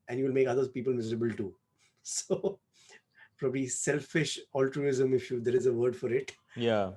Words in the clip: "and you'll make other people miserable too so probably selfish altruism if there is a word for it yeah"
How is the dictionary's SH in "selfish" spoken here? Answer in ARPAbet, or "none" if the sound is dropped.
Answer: SH